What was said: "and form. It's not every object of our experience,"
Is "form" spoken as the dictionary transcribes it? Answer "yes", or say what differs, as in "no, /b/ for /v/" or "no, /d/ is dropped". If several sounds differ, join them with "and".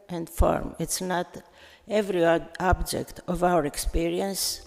yes